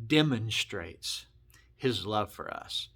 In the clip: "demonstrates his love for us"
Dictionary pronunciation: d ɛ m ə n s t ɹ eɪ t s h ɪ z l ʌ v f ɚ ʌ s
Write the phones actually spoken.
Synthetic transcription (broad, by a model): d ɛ m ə n s t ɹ eɪ t s h ɪ z l ʌ v f ɚ ʌ s